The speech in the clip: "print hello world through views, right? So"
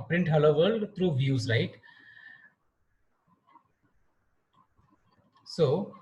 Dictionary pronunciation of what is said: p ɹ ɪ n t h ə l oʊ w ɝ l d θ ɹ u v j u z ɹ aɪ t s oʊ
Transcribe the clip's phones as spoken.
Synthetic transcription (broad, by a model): p ɹ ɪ n t h ə l oʊ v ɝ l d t ɹ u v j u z l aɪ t s oʊ